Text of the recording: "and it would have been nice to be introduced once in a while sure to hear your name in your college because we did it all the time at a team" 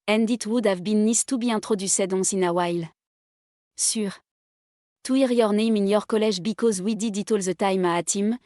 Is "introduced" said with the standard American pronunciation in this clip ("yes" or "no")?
no